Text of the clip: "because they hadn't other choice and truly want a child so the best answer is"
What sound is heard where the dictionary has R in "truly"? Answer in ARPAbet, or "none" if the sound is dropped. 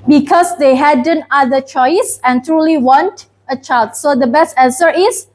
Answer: R